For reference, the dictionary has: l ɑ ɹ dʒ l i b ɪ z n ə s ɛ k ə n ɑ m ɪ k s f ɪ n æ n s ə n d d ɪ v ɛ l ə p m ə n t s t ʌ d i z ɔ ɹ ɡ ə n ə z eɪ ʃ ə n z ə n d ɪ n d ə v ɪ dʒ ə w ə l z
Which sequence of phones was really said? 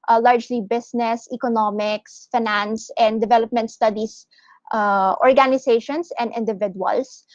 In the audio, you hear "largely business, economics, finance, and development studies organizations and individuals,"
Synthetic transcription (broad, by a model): l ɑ ɹ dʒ l i b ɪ s n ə s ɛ k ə n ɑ m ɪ k s f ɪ n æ n s ə n d d ɪ v ɛ l ə p m ə n t s t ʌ d i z ɔ ɹ ɡ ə n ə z eɪ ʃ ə n s ə n d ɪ n d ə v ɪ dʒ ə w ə l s